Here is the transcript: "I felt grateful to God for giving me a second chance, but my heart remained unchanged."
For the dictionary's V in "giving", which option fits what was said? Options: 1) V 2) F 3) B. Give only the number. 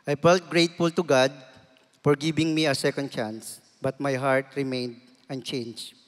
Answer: 3